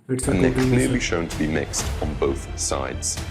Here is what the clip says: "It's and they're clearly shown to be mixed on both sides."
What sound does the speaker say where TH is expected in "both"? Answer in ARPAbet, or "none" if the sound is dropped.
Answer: TH